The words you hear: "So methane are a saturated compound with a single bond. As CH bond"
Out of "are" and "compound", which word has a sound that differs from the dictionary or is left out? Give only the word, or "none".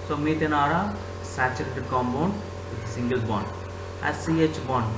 compound